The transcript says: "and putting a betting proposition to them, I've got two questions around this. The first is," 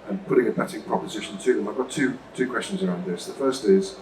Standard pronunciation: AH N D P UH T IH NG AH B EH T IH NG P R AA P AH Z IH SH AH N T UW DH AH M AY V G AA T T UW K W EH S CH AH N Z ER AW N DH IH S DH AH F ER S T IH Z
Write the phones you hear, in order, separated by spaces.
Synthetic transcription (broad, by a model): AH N P UH T IH NG AH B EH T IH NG P R AA P AH Z IH SH AH N T UW DH AH M AY V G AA T T UW K W EH S CH AH N Z ER AW N DH IH S DH AH F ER S T IH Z